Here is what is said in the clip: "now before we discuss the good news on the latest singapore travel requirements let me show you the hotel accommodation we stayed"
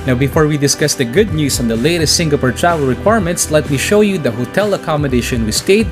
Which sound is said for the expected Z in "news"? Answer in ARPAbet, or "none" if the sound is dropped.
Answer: S